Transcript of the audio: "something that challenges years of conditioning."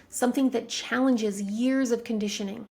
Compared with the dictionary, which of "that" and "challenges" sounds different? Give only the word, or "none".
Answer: none